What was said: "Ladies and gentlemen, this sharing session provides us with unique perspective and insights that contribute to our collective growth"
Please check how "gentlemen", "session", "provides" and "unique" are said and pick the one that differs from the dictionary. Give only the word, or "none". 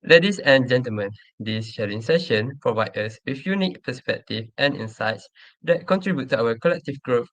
provides